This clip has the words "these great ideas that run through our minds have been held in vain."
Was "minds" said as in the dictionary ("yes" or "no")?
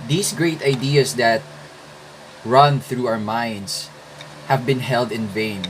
no